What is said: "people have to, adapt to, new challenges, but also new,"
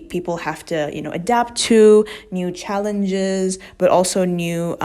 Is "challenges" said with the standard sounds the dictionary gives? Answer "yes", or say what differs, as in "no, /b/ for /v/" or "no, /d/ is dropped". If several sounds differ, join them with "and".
yes